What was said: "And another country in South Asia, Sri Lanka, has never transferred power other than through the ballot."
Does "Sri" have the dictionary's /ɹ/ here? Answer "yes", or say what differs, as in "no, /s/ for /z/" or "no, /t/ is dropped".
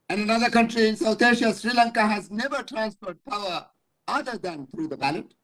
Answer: yes